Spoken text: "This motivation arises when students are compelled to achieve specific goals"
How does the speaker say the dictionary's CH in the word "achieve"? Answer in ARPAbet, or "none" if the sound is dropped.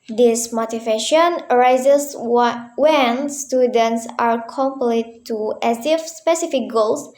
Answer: S